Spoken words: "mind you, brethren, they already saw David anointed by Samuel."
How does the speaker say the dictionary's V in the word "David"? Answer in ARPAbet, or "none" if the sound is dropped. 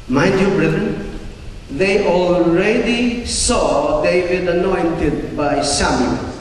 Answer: W